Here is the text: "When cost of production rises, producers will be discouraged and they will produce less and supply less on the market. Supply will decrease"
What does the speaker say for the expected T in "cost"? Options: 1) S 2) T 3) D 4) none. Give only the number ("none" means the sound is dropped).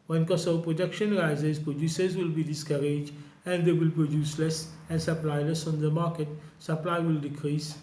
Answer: 4